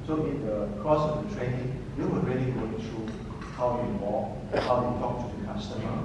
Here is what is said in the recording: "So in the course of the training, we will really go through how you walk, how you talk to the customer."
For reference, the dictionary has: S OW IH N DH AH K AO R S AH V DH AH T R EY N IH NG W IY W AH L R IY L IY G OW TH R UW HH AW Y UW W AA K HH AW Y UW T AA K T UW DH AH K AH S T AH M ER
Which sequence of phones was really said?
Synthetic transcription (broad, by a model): S OW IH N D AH K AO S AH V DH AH T R EY N IH NG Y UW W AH R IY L IY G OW T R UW HH AW Y UW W AA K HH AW Y UW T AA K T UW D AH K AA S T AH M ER